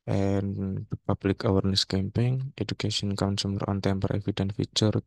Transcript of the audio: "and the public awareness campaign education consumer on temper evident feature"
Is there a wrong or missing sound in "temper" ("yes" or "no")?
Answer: no